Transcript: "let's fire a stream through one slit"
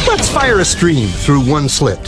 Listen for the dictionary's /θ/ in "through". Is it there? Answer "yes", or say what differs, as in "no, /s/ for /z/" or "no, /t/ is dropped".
yes